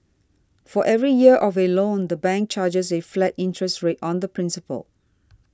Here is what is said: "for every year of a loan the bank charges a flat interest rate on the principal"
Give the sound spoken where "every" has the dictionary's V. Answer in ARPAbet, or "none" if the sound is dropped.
V